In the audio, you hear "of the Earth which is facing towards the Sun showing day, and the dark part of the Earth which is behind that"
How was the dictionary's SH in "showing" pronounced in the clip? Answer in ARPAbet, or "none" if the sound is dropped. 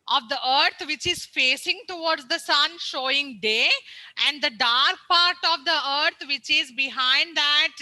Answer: SH